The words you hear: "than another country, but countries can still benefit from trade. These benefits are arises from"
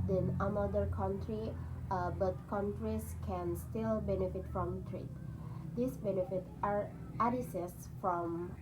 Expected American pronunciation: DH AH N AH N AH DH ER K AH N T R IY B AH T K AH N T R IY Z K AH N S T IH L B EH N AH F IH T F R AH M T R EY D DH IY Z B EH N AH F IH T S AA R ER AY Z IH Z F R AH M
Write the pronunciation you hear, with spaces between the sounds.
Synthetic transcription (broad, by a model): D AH N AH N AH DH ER K AH N T R IY B AH T K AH N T R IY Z K AH N S T IH L B EH N AH F IH T F R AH M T R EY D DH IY S B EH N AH F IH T AA R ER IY S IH S F R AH M